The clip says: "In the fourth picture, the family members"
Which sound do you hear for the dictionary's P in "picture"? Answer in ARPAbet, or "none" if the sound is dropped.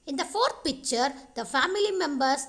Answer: P